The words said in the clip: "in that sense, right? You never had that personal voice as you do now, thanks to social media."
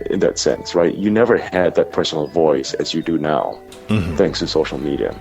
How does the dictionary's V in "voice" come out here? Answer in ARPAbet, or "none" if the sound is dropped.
V